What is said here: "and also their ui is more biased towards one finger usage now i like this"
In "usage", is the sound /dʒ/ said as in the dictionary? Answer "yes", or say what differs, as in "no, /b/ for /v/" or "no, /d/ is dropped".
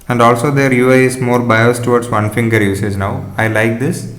no, /z/ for /dʒ/